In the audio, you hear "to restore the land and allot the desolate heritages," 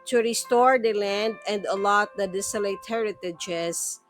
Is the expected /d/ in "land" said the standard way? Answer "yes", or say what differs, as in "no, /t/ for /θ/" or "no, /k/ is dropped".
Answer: yes